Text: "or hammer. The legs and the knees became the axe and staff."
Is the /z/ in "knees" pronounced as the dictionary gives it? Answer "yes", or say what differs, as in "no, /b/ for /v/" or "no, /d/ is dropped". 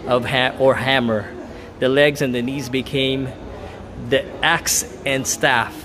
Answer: yes